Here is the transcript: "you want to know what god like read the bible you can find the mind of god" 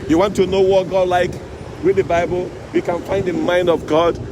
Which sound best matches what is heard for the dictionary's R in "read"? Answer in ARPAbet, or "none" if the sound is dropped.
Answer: W